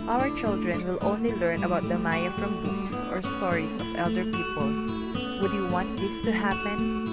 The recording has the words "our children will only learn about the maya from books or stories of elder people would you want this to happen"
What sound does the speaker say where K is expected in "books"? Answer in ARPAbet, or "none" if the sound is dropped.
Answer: none